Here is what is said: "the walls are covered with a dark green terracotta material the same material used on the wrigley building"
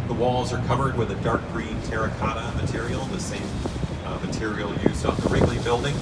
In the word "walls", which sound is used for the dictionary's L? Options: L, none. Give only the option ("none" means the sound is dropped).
L